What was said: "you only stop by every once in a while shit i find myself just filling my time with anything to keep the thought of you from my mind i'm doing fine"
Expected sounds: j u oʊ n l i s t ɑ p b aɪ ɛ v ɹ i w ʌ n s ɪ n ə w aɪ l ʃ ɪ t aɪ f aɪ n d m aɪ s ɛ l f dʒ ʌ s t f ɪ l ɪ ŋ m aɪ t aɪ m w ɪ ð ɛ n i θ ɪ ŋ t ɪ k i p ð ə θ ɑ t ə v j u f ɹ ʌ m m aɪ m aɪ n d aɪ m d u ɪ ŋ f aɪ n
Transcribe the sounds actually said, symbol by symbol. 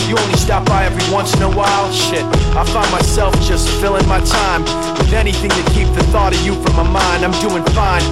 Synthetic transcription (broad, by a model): j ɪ oʊ n l i s t ɑ p b aɪ ɛ v ɹ i w ʌ n s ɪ n ə w aɪ l ʃ ɪ t aɪ f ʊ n m aɪ s ɛ l f dʒ ʌ s t f ɪ l ɪ ŋ m aɪ t aɪ m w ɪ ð ɛ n i θ ɪ ŋ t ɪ k i p ð ə θ ɑ t ə v j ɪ f ɹ ʌ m m aɪ m aɪ n d aɪ m d u ɪ ŋ f aɪ n